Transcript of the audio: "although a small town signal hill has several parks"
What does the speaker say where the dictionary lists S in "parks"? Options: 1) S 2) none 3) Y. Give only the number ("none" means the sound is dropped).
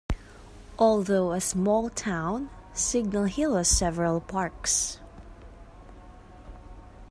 1